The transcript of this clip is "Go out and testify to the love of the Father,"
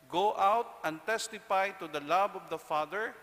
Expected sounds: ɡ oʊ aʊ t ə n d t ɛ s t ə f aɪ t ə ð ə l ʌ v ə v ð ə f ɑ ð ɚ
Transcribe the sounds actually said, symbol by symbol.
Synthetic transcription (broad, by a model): ɡ oʊ aʊ t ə n t ɛ s t ə f aɪ t ə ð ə l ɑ b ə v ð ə f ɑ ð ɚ